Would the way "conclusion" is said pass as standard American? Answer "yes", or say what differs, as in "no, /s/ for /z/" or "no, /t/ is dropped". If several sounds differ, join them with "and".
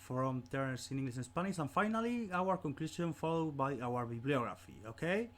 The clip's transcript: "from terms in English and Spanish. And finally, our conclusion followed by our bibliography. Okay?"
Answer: no, /s/ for /ʒ/